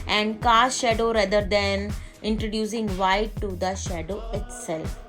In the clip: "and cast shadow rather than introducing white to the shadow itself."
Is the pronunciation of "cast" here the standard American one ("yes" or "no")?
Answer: no